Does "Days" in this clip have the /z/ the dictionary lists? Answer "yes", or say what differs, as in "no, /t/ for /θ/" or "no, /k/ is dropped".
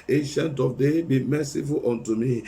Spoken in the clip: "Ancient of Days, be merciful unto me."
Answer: no, /z/ is dropped